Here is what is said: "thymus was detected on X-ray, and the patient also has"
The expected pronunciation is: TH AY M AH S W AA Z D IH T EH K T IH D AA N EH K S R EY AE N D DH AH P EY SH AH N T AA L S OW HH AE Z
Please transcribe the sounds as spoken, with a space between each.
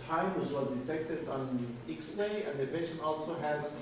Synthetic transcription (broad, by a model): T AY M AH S W AA Z D IH T EH K T IH D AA N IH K S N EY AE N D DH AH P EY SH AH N AA L S OW HH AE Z